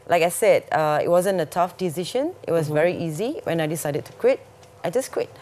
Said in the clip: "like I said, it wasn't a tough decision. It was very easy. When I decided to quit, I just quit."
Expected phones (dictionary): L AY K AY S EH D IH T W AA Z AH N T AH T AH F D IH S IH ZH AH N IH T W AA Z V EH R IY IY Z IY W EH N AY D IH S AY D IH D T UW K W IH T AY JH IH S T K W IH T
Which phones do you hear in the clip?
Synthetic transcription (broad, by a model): L AY K AY S EH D IH T W AA Z AH N T AH T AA F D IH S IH SH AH N IH T W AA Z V EH R IY IY Z IY W EH N AY D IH S AY D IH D T UW K W IH T AY JH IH S K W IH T